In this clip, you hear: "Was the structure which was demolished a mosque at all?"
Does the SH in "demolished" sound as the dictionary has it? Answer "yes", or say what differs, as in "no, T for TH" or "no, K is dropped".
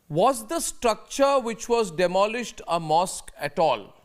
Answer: yes